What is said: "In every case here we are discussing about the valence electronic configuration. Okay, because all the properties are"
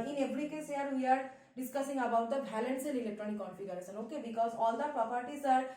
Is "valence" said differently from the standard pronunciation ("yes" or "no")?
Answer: yes